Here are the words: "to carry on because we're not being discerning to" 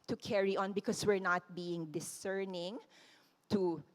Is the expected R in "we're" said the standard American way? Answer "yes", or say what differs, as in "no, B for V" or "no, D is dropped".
yes